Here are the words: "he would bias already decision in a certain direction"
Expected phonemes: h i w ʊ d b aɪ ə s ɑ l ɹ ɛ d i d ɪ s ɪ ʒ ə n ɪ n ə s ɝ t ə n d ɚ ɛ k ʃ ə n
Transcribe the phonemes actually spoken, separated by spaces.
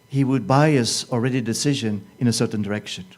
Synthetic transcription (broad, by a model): h i w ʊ d b aɪ ə s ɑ l ɹ ɛ d i d ɪ s ɪ ʒ ə n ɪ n ə s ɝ t n d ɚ ɛ k ʃ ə n